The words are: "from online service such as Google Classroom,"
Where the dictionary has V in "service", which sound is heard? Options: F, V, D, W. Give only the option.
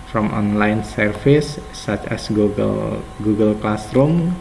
F